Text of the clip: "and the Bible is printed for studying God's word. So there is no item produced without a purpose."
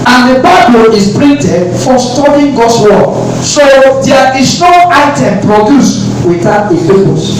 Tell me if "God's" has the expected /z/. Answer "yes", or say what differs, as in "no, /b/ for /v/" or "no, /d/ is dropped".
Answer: no, /s/ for /z/